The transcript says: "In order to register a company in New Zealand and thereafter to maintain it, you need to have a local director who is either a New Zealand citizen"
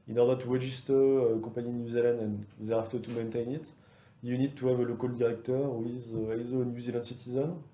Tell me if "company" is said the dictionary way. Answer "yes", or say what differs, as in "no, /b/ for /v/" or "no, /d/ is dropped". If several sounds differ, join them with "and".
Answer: no, /m/ is dropped